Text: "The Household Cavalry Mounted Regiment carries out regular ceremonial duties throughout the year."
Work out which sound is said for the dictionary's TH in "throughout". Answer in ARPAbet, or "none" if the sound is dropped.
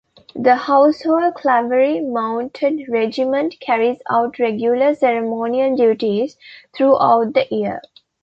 T